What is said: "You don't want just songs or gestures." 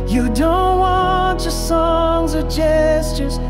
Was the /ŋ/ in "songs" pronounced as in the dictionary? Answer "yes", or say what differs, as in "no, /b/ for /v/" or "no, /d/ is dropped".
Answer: yes